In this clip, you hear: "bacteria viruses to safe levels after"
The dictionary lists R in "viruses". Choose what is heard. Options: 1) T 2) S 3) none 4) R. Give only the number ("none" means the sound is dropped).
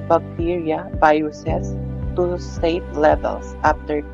3